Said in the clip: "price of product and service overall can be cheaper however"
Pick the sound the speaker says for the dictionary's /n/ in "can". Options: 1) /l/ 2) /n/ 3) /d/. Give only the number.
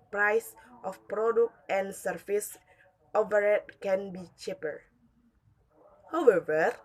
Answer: 2